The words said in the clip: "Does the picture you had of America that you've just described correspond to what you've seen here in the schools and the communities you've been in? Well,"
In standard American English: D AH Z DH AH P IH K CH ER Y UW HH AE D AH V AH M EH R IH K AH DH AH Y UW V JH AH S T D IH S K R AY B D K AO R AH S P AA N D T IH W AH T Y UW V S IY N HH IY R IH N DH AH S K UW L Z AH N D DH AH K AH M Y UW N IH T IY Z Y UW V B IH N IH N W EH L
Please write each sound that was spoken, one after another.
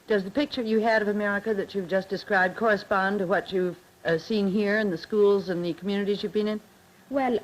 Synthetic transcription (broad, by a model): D AH Z DH AH P IH K CH ER Y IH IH D AH V AH M EH R IH K AH DH AH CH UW V JH AH S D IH S K R AY B K AO R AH S P AA N T IH W AH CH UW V S IY N HH IY R IH N DH AH S K UW L Z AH N DH AH K M Y UW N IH T IY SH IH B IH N IH N W EH L